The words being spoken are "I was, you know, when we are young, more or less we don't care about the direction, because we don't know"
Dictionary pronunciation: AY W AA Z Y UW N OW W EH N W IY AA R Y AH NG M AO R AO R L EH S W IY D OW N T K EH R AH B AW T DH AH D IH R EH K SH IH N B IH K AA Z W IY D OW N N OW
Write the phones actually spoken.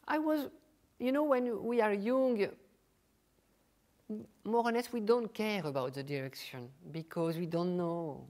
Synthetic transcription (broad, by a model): AY W AA Z Y UW N OW W EH N W IY AA R Y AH NG M AO R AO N L EH S W IY D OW N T K EH R AH B AW T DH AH D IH R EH K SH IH N B IH K AA Z W IY D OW N N OW